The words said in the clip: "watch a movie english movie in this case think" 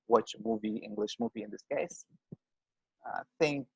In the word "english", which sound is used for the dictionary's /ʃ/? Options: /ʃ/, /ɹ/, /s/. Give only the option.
/ʃ/